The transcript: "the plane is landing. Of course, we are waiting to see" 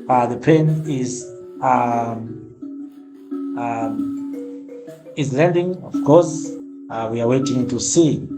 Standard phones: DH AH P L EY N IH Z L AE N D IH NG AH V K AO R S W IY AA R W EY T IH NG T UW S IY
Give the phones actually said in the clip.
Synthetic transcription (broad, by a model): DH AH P EY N IH Z L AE N D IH NG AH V K AO R S W IY AA R W EY T IH NG T UW S IY